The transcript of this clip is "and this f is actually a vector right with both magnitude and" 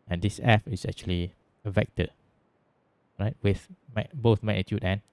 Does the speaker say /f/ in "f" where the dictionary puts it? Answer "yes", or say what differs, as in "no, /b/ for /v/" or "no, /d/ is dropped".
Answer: yes